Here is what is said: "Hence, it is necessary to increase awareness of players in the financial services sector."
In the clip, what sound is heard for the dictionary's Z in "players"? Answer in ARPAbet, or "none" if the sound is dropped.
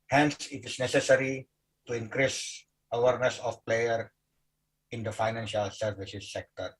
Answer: none